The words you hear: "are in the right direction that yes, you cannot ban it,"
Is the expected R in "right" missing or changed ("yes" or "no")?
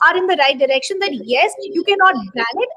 no